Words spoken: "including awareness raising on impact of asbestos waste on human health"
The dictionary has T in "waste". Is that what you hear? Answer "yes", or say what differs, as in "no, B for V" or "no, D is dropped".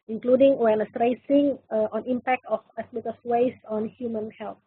no, T is dropped